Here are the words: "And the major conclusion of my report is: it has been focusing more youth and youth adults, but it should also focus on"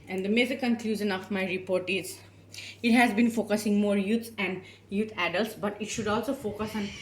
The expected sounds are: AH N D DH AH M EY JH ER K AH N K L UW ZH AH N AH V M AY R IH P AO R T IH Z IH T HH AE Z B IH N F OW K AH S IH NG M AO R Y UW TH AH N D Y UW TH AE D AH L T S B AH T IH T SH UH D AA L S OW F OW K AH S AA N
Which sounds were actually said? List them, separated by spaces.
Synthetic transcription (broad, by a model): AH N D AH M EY Z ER K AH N K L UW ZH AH N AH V M AY R IH P AO R T IH Z IH T HH AE Z B IH N F OW K AH S IH NG M AO R Y UW S AH N D Y UW T AE D AH L T S B AH T IH T SH UH D AA L S OW F OW K AH S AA N